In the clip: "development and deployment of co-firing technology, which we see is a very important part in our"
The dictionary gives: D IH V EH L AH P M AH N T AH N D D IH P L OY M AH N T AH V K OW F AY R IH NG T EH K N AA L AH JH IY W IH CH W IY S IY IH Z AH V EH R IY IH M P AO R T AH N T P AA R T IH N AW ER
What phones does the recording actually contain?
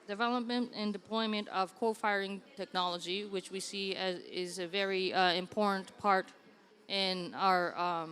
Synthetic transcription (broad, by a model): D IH V EH L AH P M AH N T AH N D D IH P L OY M AH N T AH V K OW F AY R IH NG T EH K N AA L AH JH IY W IH CH W IY S IY IH Z AH V EH R IY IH M P AO R T N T P AA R T IH N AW ER